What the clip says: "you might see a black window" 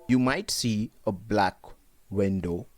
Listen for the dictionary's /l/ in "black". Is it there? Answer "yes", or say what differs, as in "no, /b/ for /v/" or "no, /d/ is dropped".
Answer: yes